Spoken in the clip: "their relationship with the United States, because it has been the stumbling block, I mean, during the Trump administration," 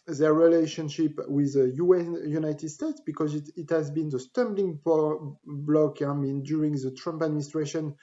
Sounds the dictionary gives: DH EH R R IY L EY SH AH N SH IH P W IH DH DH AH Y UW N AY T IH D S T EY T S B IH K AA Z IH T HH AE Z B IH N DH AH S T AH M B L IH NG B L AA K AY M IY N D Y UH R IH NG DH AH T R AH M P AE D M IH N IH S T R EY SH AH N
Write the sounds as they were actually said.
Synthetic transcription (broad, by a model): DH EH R R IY L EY SH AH N SH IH P W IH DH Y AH Y UW N AY T IH D S T EY T S B IH K AA Z IH T HH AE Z B IH N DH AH S T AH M B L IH NG B L AA K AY M IY N D Y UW R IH NG DH AH T R AH M P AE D M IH N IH S T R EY SH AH N